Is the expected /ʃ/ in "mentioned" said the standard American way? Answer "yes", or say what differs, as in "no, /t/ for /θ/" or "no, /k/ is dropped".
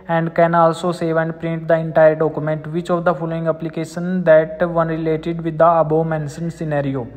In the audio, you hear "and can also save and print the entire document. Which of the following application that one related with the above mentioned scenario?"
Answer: no, /s/ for /ʃ/